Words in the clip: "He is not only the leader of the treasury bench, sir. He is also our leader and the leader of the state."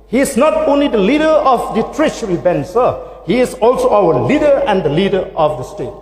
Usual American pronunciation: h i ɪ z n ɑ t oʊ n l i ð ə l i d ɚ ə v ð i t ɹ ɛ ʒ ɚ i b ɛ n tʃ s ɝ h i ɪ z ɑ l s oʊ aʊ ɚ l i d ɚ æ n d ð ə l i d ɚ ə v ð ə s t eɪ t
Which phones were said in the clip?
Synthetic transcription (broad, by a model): h i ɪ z n ɑ t oʊ n l i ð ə l i d ɚ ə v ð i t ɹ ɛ ʃ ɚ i b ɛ n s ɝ h i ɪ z ɑ l s oʊ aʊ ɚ l i d ɚ æ n d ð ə l i d ɚ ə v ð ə s t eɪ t